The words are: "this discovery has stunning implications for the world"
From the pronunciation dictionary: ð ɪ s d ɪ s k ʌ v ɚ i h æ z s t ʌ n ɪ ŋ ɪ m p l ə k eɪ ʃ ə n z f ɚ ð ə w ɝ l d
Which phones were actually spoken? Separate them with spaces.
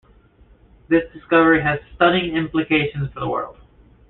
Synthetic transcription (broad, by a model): ð ɪ s d ɪ s k ʌ v ɚ i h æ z s t ʌ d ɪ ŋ ɪ m p l ə k eɪ ʃ ə n z f ɚ ð ə w ɝ l d